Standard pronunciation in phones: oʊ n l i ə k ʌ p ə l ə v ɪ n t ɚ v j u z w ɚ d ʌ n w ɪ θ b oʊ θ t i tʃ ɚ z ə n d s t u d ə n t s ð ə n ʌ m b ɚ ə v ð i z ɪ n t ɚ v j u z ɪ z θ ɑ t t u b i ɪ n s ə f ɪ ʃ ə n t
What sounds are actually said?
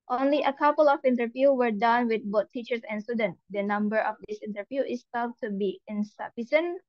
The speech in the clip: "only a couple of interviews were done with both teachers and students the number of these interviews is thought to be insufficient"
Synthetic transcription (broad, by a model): oʊ n l i ə k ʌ p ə l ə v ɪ n t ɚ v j u w ɚ d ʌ n w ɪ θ b oʊ t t i tʃ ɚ s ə n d s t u d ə n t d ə n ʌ m b ɚ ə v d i s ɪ n t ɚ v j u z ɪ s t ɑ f t u b i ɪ n s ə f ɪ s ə n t